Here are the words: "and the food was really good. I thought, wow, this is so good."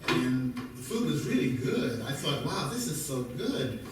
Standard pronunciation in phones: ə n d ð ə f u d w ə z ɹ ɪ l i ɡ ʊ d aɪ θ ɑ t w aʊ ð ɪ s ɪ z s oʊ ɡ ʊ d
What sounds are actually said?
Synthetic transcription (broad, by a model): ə n ð ə f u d w ə z ɹ ɪ l i ɡ ʊ d aɪ θ ɑ t w aʊ ð ɪ s ɪ z s oʊ ɡ ʊ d